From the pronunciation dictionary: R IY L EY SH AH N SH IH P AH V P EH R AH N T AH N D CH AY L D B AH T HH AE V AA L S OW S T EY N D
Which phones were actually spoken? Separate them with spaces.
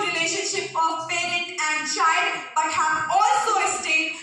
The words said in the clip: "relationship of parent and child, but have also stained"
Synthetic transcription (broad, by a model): R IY L EY SH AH N SH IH P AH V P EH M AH T AH N D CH AY D B AH T HH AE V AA L S OW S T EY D